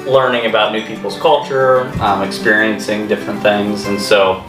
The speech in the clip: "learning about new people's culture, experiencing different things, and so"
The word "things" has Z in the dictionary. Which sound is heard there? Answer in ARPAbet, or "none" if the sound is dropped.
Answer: Z